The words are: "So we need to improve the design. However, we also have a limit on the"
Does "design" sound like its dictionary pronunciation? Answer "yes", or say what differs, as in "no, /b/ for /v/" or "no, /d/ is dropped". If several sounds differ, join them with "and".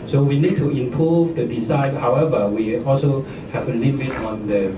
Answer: no, /s/ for /z/